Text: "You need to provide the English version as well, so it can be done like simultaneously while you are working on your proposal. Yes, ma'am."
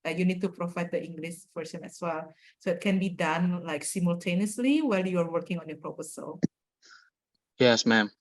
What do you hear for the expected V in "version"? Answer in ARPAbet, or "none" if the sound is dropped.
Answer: F